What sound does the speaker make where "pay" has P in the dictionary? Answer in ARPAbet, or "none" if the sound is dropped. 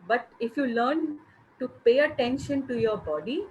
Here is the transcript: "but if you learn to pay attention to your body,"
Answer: P